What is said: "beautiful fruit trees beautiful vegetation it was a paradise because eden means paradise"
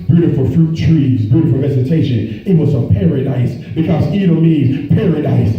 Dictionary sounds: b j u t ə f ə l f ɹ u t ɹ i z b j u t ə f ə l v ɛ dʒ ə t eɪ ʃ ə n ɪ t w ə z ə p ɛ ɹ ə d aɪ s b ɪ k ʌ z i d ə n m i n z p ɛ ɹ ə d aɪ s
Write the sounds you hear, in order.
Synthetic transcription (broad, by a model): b j u t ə f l f ɹ u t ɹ i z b j u t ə f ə l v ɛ z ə t eɪ ʃ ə n ɪ t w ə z ə p ɛ ɹ ə d aɪ s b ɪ k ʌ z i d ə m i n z p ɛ ɹ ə d aɪ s